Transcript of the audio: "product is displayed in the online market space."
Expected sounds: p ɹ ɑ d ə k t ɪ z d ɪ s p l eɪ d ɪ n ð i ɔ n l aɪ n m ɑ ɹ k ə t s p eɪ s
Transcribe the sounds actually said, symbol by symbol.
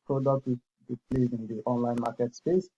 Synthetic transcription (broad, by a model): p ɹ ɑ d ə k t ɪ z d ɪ p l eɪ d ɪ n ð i ɔ n l aɪ n m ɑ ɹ k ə t s p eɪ s